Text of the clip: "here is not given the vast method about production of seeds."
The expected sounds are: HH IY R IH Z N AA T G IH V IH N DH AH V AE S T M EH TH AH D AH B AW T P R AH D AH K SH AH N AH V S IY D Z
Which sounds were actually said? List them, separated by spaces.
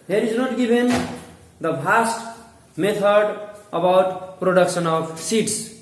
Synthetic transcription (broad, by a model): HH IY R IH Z N AA T G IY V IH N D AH P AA S T M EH T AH D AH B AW T P R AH D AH K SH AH N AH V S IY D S